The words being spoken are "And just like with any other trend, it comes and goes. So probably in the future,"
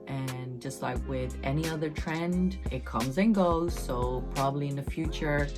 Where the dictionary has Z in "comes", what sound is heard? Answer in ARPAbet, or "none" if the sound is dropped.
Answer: Z